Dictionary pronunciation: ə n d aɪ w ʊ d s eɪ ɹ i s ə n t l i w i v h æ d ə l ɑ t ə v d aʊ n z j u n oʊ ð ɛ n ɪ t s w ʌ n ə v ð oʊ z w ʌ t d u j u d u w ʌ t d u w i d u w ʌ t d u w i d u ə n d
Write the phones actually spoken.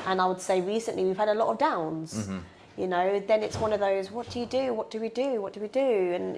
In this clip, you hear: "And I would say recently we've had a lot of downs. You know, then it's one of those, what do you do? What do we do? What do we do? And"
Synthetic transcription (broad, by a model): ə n aɪ w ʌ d s eɪ ɹ i s ə n t l i w i v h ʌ d ə l ɑ t ə v d aʊ n z j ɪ n oʊ ð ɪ n ɪ t s w ʌ n ə v ð oʊ z w ʌ t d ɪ j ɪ d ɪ w ʌ t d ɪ w i d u w ʌ t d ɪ w i d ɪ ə n